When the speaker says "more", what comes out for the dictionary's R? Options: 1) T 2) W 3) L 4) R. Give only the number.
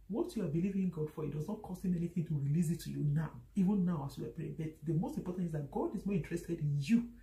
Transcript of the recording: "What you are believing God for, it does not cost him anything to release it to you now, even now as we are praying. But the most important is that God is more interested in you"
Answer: 4